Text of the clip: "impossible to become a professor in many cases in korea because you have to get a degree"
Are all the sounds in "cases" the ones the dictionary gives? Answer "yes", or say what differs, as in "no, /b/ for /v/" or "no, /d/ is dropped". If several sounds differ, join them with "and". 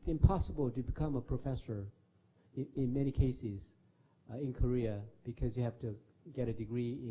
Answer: yes